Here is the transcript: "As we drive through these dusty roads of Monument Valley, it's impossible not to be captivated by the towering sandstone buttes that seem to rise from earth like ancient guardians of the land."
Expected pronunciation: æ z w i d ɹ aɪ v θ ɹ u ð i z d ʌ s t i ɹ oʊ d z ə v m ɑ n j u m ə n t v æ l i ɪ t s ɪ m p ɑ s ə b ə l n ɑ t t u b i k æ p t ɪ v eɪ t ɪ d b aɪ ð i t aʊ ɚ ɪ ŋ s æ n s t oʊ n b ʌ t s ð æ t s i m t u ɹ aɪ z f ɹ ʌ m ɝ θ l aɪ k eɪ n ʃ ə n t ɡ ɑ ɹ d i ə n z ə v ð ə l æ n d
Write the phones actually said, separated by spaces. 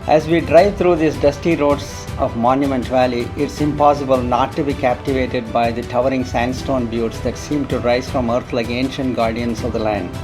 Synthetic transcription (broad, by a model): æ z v i d ɹ aɪ v t ɹ u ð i s d ʌ s t i ɹ oʊ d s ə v m ɑ n j u m ə n t v æ l i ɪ t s ɪ m p ɑ s ə b ə l n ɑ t t u b i k æ p t ɪ v eɪ t ɪ d b aɪ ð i t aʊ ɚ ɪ ŋ s æ n s t oʊ n b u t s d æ t s i m t u ɹ aɪ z f ɹ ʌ m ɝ t l aɪ k eɪ n ʃ ə n t ɡ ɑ ɹ d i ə n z ə v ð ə l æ n d